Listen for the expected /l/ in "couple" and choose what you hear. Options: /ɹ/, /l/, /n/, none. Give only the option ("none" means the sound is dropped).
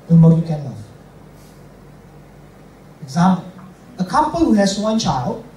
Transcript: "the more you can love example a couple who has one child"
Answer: /n/